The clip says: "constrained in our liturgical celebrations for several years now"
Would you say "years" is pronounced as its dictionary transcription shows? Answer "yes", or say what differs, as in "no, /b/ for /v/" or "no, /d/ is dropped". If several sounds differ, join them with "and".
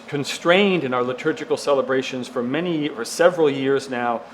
yes